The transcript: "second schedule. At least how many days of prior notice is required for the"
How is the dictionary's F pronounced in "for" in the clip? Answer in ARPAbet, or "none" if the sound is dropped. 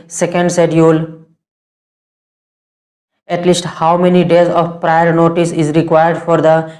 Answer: F